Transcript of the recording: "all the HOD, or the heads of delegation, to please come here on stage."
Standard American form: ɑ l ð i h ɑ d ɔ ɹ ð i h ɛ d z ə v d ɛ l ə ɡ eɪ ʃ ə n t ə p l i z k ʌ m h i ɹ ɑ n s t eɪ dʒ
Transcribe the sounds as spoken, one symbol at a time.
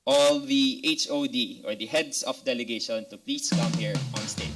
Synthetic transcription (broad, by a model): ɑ l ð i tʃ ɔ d ɔ ɹ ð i h ɛ d s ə f d ɛ l ə ɡ eɪ ʃ ə n t ə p l i s k ʌ m h i ɹ ɑ n s t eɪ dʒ